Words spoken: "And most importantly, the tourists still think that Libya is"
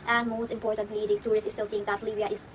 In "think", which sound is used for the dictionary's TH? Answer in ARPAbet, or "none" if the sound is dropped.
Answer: T